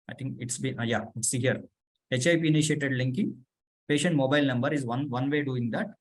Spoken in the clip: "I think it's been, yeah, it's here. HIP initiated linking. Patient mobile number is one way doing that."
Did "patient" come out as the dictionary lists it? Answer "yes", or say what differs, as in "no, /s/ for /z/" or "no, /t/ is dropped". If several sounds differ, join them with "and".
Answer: yes